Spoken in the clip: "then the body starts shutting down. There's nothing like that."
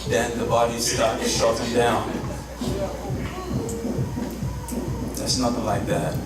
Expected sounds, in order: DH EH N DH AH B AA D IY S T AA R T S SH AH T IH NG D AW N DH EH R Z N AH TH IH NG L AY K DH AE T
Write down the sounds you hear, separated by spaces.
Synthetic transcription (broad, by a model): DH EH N DH AH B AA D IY S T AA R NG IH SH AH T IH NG D AW N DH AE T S N AH TH IH NG L AY K DH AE T